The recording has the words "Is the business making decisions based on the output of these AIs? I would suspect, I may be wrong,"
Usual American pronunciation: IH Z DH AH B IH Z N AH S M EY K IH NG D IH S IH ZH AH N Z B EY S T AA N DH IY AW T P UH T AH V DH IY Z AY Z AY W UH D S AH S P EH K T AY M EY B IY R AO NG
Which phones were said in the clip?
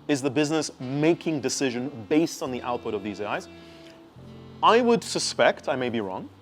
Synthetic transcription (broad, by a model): IH Z DH AH B IH Z N AH S M EY K IH NG D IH S IH ZH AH N B EY S T N DH IY AW T P UH T AH V DH IY Z AY Z AY W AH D S AH S P EH K T AY M EY B IY R AO NG